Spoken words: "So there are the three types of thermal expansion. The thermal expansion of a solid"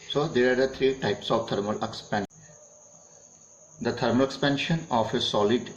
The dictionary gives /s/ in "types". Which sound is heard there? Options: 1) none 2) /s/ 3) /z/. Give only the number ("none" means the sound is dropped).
2